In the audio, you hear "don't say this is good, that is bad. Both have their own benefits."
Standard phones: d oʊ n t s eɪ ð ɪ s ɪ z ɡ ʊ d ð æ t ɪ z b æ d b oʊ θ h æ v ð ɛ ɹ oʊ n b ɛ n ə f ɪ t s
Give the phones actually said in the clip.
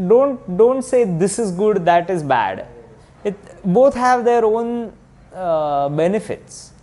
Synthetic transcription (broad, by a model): d oʊ n t s eɪ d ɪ s ɪ z ɡ ʊ d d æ t ɪ z b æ d b oʊ t h æ v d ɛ ɹ oʊ n b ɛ n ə f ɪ t s